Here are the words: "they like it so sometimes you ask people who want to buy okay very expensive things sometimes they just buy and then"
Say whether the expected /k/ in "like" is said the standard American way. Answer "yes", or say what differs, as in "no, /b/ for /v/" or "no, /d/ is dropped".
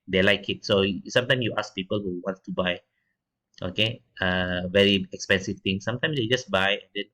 yes